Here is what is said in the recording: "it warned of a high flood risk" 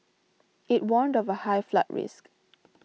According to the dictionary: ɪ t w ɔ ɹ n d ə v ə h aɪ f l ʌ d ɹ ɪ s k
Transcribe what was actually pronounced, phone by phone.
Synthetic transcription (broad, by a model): ɪ t w ɔ n d ə v ə h aɪ f l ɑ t ɹ ɪ s k